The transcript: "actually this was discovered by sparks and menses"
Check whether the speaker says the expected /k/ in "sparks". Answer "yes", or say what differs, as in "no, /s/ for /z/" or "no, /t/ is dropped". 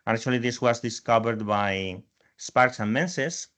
yes